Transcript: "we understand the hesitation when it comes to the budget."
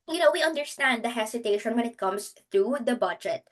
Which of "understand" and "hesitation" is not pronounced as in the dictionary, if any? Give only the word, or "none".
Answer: hesitation